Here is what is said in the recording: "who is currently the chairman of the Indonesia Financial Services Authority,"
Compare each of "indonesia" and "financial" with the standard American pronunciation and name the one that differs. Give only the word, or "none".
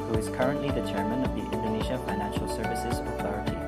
none